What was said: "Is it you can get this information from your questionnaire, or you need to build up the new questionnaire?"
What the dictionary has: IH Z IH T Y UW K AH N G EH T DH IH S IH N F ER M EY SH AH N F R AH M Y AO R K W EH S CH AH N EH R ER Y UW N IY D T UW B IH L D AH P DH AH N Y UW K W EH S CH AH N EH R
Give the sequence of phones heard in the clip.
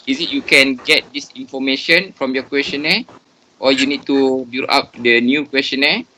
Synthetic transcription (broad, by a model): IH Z IH T Y UW K AH N G EH T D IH S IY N F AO M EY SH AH N F R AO M Y AO K W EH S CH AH N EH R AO Y UW N IY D T UW B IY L AA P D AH N Y UW K W EH S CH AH N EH